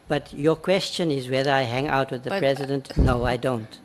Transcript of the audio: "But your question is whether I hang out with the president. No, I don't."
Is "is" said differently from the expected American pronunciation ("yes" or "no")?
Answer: no